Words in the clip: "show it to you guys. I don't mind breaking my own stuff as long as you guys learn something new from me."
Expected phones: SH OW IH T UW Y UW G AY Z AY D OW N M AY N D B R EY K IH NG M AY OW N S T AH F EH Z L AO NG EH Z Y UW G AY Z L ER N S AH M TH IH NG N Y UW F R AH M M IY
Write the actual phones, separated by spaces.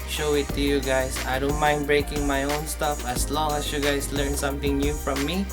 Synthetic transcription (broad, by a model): SH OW IH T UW Y UW G AY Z AY D OW N M AY N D B R EY K IH NG M AY OW N S T AH F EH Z L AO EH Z Y UW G AY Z L ER N S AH M T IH NG N Y UW F R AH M M IY